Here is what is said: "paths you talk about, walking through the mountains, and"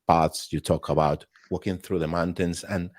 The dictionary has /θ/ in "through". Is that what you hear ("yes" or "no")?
yes